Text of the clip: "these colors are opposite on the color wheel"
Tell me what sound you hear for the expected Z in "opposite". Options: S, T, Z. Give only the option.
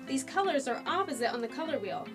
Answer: Z